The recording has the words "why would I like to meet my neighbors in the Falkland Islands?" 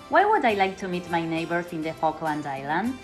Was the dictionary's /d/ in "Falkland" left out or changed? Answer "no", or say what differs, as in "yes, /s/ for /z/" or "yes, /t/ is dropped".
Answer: no